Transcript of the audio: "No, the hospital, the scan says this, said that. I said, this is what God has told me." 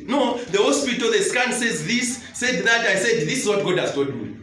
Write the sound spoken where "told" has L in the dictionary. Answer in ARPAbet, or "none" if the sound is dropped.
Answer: none